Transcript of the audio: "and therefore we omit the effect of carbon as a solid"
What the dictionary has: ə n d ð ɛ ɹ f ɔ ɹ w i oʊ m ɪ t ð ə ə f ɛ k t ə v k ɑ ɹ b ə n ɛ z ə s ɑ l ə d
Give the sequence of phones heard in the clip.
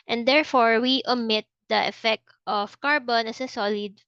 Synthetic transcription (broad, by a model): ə n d ɛ ɹ f ɔ ɹ w i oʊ m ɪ t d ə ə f ɛ k t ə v k ɑ ɹ b ə n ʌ s ə s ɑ l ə d